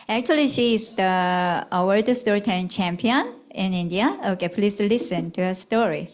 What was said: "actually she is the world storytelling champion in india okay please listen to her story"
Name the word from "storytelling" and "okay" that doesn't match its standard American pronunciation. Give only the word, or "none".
storytelling